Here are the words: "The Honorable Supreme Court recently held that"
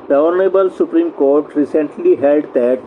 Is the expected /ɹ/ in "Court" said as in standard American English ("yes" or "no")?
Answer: yes